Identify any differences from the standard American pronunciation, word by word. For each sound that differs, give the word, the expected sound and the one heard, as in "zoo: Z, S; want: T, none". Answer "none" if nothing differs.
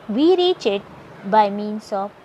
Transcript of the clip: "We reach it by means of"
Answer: means: Z, S